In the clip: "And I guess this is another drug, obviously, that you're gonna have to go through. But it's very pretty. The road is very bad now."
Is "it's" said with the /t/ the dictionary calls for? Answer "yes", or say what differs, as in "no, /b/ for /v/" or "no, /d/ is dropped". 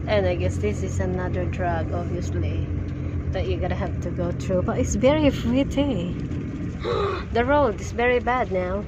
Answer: yes